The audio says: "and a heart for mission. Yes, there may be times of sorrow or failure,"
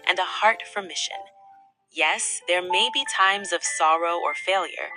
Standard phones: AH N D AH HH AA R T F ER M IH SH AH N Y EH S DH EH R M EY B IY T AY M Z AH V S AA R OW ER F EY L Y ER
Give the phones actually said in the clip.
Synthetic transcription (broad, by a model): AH N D AH HH AA R T F ER M IH SH AH N Y EH S DH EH R M EY B IY T AY M Z AH V S AA R OW ER F EY L Y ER